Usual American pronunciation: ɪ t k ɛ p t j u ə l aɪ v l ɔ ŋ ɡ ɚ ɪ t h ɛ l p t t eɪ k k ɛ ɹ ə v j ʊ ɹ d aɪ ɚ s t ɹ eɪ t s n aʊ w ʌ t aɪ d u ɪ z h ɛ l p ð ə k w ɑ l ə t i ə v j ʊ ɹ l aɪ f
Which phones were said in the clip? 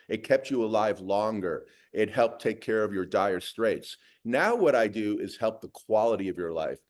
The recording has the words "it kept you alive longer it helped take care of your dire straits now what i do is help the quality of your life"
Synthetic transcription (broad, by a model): ɪ t k ɛ p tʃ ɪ ə l aɪ v l ɔ ŋ ɡ ɚ ɪ t h ɛ l p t t eɪ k k ɛ ɹ ə v j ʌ ɹ d aɪ ɚ s t ɹ eɪ t s n aʊ w ʌ t aɪ d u ɪ z h ɛ l p ð ə k w ɑ l ə t i ə v j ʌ ɹ l aɪ f